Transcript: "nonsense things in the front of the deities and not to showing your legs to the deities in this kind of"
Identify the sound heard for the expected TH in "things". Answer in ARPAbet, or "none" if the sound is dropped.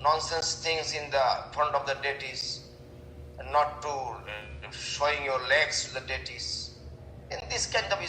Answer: T